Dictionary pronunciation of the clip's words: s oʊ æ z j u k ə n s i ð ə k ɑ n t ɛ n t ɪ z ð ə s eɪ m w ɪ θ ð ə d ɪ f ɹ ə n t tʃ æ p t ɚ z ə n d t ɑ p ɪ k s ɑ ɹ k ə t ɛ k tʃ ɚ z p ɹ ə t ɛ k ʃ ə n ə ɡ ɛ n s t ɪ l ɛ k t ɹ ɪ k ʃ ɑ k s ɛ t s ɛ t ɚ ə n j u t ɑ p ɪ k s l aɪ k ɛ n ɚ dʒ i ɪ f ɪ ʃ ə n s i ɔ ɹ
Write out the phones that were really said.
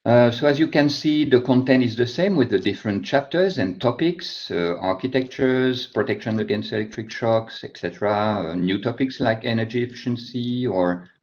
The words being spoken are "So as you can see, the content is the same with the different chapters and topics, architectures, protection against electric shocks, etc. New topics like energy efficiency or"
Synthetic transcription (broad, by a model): s oʊ æ z j u k ə n s i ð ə k ɑ n t ɛ n t ɪ z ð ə s eɪ m w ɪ ð ə d ɪ f ɹ ə n t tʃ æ p t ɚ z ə n t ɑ p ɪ k s ɑ ɹ k ə t ɛ k tʃ ɚ z p ɹ ə t ɛ k ʃ ə n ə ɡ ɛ n s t ɪ l ɛ k t ɹ ɪ k ʃ ɑ k s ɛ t s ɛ t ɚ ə n j u t ɑ p ɪ k s l aɪ k ɛ n ɚ dʒ i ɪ f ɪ ʃ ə n s i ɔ ɹ